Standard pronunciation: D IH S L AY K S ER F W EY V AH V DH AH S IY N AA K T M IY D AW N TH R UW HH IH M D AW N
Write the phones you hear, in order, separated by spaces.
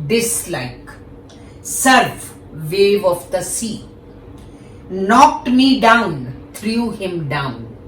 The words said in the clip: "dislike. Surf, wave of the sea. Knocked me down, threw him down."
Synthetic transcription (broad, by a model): D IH S L AY K S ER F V EY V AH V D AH S IY N AA K T M IY D AW N T R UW HH IH M D AW N